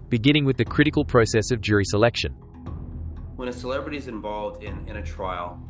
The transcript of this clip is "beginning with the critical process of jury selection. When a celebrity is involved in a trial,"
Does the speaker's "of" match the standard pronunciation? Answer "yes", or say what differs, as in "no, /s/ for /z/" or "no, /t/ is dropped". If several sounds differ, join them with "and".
yes